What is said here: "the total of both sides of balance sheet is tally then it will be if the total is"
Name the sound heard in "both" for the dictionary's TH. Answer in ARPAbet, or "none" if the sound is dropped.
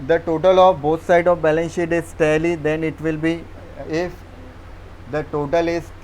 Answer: T